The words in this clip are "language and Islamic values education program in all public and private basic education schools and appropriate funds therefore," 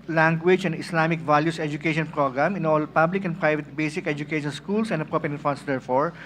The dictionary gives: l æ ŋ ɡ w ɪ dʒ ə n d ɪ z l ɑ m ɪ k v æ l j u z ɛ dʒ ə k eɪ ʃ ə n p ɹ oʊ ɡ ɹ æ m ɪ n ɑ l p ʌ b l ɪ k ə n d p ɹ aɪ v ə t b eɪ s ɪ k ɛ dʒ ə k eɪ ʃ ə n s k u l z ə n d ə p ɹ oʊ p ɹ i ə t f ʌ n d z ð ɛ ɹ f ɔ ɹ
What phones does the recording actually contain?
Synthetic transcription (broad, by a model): l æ ŋ ɡ w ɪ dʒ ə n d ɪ s l ɑ m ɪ k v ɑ l j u s ɛ dʒ ə k eɪ ʃ ə n p ɹ oʊ ɡ ɹ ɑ m ɪ n ɑ l p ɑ b l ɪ k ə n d p ɹ aɪ v ə t b eɪ s ɪ k ɛ dʒ ə k eɪ ʃ ə n s k u l s ə n d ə p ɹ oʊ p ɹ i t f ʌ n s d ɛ ɹ f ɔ ɹ